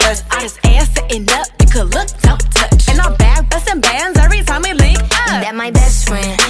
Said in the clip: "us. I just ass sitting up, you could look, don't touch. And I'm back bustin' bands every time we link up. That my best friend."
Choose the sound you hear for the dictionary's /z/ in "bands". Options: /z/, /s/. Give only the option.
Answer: /z/